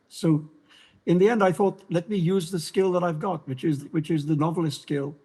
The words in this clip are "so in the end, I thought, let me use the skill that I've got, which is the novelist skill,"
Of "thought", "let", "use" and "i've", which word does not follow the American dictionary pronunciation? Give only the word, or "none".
none